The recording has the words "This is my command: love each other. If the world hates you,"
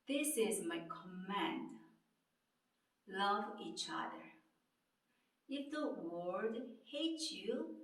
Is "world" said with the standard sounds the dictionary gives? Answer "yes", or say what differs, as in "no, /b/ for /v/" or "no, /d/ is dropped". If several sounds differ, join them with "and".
no, /l/ is dropped